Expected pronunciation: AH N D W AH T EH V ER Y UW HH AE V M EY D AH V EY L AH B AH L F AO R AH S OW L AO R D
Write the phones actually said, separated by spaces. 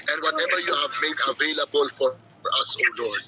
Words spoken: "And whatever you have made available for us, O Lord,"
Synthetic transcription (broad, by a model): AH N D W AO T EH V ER Y UW HH AE V M EY D AH V EY L AH B AH L F AO R AH S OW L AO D